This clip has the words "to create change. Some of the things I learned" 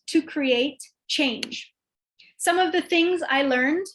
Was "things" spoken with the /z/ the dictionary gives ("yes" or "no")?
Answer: yes